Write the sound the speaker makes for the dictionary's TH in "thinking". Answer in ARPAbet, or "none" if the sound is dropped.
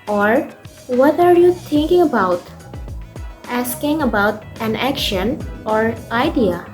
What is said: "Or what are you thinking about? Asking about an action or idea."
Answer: T